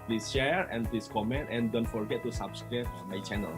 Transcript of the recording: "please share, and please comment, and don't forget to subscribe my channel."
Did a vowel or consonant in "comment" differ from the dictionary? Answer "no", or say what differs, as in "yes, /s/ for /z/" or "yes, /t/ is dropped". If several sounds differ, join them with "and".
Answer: no